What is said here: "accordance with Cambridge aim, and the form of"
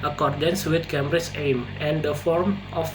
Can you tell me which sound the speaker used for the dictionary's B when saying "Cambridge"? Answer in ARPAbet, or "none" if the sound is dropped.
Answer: none